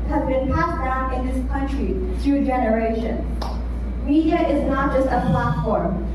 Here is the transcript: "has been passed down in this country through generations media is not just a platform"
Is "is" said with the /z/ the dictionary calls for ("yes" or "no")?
yes